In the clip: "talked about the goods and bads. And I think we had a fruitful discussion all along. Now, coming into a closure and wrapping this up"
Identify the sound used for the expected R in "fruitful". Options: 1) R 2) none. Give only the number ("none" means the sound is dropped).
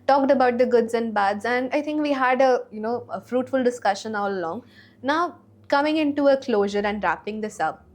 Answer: 1